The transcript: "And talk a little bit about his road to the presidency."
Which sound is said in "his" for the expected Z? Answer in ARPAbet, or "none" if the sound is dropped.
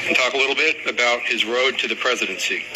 Z